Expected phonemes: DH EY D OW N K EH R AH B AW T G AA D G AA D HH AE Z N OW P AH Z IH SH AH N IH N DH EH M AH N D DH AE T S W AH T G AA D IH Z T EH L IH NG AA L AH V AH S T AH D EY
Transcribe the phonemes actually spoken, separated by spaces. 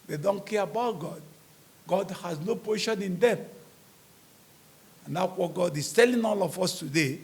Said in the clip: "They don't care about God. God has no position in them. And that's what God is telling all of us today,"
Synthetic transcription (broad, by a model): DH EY D OW N K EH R AH B AW T G AA D G AA D HH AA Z N OW P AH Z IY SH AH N IH N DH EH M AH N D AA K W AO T G AA D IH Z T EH L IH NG AA L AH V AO S T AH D EY